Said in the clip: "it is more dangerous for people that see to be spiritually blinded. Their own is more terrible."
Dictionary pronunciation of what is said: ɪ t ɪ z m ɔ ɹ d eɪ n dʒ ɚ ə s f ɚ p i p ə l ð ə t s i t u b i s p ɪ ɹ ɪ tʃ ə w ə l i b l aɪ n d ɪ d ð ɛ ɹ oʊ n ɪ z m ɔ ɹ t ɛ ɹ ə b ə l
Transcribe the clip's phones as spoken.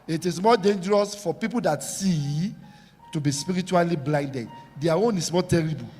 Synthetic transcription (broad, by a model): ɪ t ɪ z m ɔ d eɪ n dʒ ɚ ə s f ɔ p i p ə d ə t s i t u b i s p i ɹ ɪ tʃ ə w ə l i b l aɪ n d ɪ d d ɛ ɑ oʊ n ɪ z m ɔ t ɛ ɹ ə b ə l